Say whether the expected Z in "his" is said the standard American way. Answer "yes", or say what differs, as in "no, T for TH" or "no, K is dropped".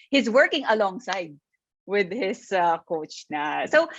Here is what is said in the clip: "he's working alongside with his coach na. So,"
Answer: no, S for Z